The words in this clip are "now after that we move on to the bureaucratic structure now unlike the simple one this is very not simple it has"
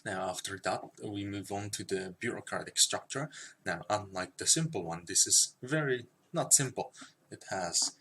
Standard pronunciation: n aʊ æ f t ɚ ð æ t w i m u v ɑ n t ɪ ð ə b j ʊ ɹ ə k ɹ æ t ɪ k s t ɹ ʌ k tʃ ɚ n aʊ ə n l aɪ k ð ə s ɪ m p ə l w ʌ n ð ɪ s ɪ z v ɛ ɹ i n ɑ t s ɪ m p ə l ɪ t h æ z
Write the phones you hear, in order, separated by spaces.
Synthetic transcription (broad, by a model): n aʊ æ f t ɚ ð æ t w i m u v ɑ n t ɪ ð ə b j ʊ ɹ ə k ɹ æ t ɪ k s t ɹ ʌ k tʃ ɚ n aʊ ə n l aɪ k ð ə s ɪ m p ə l w ʌ n ð ɪ s ɪ z v ɛ ɹ i n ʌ t s ɪ m p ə l ɪ t h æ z